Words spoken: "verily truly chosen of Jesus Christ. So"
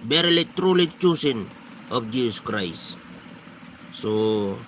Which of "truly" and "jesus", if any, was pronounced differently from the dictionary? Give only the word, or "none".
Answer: jesus